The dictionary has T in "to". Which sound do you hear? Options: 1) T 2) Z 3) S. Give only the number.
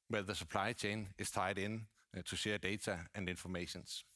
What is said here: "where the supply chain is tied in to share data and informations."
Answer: 3